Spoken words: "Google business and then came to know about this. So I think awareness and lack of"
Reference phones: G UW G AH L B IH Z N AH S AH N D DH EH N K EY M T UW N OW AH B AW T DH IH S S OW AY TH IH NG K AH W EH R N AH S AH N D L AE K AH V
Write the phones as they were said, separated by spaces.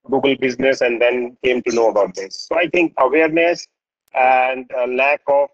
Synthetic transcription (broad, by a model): G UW G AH L B IH Z N AH S AH N D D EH N K EY M T UW N OW AH B AW T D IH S S OW AY T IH NG K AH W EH R N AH S AH N D L AE K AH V